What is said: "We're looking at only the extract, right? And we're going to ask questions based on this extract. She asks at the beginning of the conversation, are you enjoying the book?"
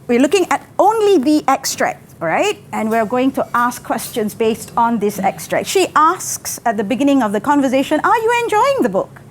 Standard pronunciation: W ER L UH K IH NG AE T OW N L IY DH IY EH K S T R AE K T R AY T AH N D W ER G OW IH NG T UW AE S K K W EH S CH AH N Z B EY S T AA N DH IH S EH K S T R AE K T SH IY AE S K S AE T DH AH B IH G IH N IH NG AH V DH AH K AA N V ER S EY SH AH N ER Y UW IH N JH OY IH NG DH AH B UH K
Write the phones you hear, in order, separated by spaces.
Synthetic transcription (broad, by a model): W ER L UH K IH NG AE T OW N L IY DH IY EH K S T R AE K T R AY T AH N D W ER G OW IH NG T UW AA S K K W EH S CH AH N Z B EY S T AA N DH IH S EH K S T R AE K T SH IY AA S K S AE T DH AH B IH G IH N IH NG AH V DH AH K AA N V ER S EY SH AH N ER Y UW IH N JH OY IH NG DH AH B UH K